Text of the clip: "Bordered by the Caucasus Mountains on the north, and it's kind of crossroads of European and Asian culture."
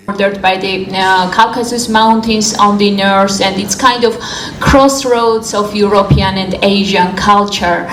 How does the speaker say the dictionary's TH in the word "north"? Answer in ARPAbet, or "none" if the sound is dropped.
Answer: S